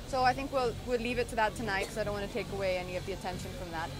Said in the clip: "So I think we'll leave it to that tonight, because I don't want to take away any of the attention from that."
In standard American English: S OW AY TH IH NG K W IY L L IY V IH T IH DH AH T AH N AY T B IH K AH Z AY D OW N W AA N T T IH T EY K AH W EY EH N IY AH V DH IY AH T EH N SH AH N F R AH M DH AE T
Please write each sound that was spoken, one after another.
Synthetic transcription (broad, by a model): S OW AY TH IH NG K W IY L L IY V IH T IH DH AH T AH N AY T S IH AH AY D OW N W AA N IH T EY K AH W EY EH N IY AH V DH IY AH T EH N SH AH N F R AH M DH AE T